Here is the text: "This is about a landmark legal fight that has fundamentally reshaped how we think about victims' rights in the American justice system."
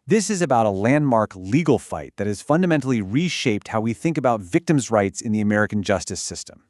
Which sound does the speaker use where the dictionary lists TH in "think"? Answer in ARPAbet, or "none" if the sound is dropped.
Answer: TH